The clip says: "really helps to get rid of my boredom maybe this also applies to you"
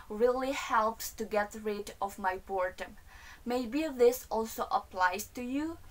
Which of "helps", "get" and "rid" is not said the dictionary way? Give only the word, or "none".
none